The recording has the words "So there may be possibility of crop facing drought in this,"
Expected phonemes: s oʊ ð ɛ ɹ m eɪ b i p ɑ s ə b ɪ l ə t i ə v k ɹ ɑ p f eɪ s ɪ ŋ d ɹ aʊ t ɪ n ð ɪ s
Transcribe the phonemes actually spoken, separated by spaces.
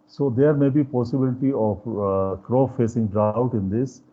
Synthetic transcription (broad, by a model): s oʊ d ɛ ɹ m eɪ b i p ɑ s ə b ɪ l ə t i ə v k ɹ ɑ f f eɪ s ɪ ŋ d ɹ aʊ t ɪ n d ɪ s